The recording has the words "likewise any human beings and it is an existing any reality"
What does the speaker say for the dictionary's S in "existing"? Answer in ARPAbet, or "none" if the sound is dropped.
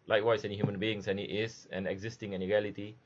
S